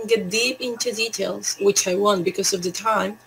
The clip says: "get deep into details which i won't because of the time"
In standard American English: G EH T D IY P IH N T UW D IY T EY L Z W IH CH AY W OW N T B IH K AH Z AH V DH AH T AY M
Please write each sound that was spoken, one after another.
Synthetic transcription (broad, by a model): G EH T D IY P IH N T UW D IY T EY L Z W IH CH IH W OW N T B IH K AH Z AH V DH AH T AY M